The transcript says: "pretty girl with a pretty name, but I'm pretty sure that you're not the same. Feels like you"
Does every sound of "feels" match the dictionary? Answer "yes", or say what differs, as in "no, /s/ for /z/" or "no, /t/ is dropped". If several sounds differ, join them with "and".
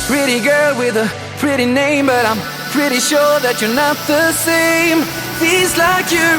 no, /l/ is dropped